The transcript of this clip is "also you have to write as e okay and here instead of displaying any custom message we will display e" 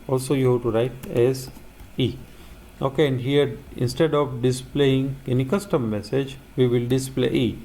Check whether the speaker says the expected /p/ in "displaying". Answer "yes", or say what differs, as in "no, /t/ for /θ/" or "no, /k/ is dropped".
yes